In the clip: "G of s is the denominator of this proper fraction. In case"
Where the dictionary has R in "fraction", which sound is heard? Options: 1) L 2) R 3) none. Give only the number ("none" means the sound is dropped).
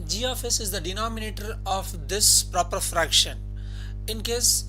2